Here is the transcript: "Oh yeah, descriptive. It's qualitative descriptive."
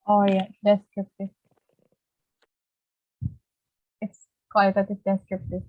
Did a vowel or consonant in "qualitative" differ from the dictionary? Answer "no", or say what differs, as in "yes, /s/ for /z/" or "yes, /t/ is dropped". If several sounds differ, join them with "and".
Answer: yes, /l/ is dropped